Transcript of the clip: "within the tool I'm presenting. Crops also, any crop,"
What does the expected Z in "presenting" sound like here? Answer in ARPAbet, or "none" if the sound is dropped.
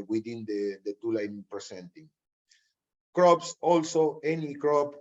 S